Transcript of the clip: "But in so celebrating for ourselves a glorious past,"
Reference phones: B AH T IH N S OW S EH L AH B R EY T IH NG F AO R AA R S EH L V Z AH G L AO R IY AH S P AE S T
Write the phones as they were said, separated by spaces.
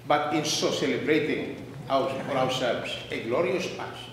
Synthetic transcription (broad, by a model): B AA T IH N S OW S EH L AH B R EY T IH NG F AO R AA W S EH L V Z AH G L AO R IY AH S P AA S